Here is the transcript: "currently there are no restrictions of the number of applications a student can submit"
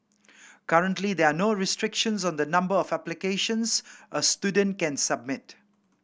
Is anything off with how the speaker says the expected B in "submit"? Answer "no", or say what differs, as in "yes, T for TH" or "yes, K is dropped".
no